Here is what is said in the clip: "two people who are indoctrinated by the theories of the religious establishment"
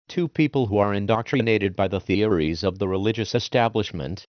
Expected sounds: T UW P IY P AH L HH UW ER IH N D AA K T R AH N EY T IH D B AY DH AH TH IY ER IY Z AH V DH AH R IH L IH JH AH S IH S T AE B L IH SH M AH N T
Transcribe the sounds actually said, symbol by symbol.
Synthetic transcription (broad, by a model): T UW P IY P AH L HH UW ER IH N D AA K T R AH N EY T IH D B AY DH AH TH IY ER IY Z AH V DH AH R IH L IH JH AH S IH S T AE B L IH SH M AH N T